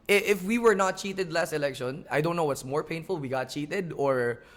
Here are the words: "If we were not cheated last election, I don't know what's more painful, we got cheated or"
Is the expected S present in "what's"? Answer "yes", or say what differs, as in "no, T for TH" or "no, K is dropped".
yes